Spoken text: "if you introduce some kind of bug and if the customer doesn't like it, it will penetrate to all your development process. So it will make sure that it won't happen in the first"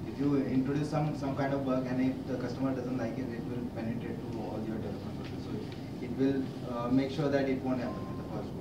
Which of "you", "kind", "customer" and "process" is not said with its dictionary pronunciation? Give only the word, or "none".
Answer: process